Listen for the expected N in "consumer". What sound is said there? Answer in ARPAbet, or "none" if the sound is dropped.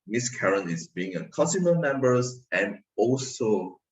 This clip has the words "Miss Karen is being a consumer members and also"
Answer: none